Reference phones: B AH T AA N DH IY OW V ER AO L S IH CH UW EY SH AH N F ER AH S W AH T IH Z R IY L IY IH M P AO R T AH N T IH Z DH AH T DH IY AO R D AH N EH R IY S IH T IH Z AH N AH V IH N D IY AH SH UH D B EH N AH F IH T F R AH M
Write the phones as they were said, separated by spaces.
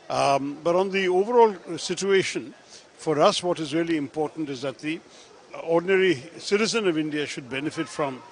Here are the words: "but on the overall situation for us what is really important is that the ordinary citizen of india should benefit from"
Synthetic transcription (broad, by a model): B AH T N DH IY OW V ER AO L S IH CH UW EY SH AH N F ER AH S W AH T IH Z R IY L IY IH M P AO R T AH N T IH Z DH AH T DH IY AO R D N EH R IY S IH T IH Z AH N AH V IH N D IY AH SH UH D B EH N AH F IH T F R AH M